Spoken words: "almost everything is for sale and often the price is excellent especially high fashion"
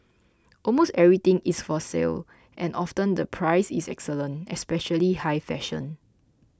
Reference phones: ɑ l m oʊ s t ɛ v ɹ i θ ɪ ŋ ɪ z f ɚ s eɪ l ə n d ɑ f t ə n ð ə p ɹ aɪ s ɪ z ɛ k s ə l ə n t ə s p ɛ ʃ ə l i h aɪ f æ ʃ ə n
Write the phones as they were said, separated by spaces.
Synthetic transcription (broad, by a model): ɑ l m oʊ s t ɛ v ɹ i t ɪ ŋ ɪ s f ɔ s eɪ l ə n ɑ f t ə n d ə p ɹ aɪ s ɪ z ɛ k s ə l ə n t ə s p ɛ ʃ ə l i h aɪ f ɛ ʃ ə n